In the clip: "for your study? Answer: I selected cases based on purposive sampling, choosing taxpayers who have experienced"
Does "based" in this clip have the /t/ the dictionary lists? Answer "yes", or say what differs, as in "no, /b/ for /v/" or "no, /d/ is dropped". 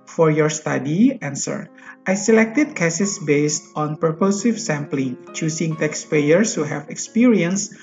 yes